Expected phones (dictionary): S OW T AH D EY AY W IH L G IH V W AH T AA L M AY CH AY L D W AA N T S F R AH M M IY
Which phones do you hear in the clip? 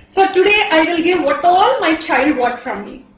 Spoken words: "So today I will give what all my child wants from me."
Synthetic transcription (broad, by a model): S OW T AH D EY AY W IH L G IH V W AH T AA L M AY CH AY L D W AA T F R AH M M IY